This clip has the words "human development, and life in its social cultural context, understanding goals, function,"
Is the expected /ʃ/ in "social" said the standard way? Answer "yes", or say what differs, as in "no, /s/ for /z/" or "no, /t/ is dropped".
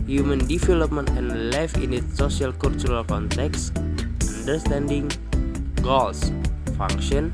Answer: no, /ʃ/ is dropped